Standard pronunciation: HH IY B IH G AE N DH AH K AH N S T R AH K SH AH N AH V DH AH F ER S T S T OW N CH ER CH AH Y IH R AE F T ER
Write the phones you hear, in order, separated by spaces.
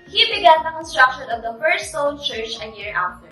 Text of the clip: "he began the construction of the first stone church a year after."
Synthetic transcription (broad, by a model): HH IY B IH G AE N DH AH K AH N S T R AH K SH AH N AH V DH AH F ER S T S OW L CH ER CH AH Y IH R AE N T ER